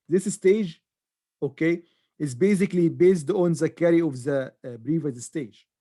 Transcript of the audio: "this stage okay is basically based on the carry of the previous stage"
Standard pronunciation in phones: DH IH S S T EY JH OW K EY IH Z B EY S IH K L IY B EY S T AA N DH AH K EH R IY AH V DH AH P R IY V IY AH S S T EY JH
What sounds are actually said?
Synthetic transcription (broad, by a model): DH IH S S T EY JH OW K EY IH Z B EY S IH K L IY B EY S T AA N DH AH K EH R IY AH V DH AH B R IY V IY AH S S T EY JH